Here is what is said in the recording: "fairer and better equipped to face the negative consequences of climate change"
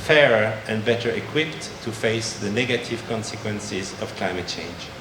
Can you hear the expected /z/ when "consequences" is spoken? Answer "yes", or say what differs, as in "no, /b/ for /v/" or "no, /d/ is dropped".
yes